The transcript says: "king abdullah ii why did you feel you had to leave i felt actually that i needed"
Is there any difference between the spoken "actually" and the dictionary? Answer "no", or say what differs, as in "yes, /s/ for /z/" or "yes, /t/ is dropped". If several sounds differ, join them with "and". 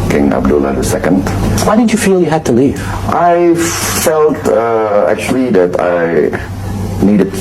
no